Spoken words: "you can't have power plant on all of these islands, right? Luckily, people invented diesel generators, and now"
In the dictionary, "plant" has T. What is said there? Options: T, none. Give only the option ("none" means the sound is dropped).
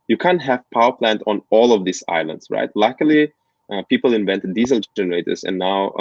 T